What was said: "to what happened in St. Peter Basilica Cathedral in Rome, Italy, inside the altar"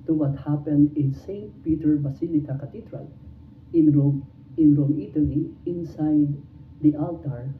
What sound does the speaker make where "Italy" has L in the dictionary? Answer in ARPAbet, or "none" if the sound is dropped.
N